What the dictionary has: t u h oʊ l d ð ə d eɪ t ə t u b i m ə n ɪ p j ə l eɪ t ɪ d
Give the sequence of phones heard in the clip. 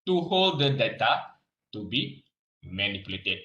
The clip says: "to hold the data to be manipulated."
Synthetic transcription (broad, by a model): t u h oʊ l d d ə d eɪ t ə t u b i m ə n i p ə l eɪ t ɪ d